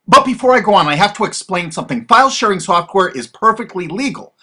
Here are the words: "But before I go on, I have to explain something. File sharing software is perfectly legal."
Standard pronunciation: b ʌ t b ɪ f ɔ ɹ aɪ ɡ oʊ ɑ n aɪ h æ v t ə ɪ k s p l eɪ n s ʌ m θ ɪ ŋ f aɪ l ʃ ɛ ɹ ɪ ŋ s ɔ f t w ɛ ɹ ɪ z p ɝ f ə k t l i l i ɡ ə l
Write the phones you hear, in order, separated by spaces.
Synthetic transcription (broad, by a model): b ʌ t b ɪ f ɔ ɹ aɪ ɡ oʊ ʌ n aɪ h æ f t ə ɪ k s p l eɪ n s ʌ m θ ɪ ŋ f aɪ l ʃ ɛ ɹ ɪ ŋ s ɔ f t w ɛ ɹ ɪ z p ɝ f ə k t l i l i ɡ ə l